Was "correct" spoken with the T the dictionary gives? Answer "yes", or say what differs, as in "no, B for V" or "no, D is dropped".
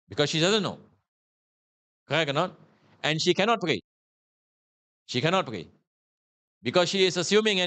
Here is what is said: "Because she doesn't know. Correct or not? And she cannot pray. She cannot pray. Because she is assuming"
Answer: no, T is dropped